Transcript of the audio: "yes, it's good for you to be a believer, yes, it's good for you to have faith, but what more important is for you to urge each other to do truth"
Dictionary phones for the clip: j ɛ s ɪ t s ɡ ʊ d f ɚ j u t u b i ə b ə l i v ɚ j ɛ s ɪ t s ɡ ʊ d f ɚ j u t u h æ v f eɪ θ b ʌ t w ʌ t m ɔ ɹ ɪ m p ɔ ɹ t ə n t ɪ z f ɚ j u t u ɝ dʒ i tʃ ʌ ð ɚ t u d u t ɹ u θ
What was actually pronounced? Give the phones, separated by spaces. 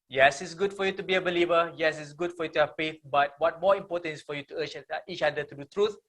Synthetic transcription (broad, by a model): j ɛ s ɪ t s ɡ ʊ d f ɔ j u t u b i ə b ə l i v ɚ j ɛ s ɪ t s ɡ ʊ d f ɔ j u t u h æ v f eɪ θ b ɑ t w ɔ t m ɔ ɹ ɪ m p ɔ t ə n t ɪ s f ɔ j u t u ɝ tʃ i tʃ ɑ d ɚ t u d u t ɹ u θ